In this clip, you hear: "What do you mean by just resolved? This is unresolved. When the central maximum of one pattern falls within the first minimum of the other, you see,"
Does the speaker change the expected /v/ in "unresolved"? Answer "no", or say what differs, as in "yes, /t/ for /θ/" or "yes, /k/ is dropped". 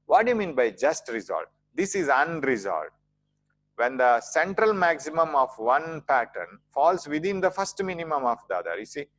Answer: yes, /v/ is dropped